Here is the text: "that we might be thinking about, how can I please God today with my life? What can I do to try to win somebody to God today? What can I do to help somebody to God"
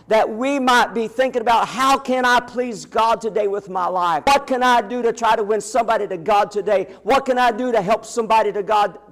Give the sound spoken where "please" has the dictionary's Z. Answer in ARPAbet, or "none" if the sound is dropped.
Z